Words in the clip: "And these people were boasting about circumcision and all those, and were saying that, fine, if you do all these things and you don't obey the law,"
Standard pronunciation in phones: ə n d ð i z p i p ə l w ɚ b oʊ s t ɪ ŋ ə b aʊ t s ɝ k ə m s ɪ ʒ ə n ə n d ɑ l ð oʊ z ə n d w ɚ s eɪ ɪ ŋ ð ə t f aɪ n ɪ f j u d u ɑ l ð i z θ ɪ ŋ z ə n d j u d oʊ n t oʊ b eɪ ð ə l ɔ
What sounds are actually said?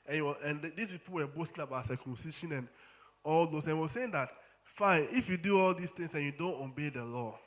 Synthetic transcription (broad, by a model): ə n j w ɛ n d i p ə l w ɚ b oʊ s t ɪ ŋ ə b aʊ t s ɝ k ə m s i ʃ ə n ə n ɑ l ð oʊ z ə n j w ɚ s eɪ ɪ ŋ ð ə t f aɪ n ɪ f j u d u ɑ l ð i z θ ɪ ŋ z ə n j u d oʊ n t oʊ b eɪ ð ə l ɔ